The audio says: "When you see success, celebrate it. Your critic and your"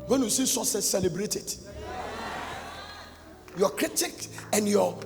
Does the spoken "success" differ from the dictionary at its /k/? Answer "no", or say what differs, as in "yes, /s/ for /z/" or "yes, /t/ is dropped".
yes, /k/ is dropped